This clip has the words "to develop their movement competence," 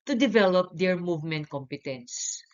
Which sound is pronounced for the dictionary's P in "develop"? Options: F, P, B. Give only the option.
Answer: P